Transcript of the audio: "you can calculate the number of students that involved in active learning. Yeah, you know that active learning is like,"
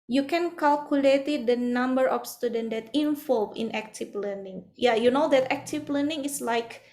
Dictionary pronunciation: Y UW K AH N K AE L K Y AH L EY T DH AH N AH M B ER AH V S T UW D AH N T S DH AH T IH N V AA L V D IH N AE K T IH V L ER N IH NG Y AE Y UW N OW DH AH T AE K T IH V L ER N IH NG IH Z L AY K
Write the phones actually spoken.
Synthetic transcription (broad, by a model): Y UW K AH N K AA L K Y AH L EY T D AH N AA M B ER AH F S T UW D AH N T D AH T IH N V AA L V IH N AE K T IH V L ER N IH NG Y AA Y UW N OW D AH T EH K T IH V L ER N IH NG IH S L AY K